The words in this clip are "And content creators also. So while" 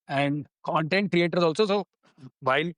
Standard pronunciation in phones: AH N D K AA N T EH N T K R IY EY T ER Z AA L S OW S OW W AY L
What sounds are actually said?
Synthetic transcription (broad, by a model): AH N D K AA N T EH N T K R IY EY T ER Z AA L S OW S OW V AY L